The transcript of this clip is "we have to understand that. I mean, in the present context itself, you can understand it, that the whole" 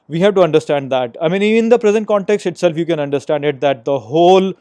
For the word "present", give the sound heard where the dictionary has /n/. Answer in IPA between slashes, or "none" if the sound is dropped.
/n/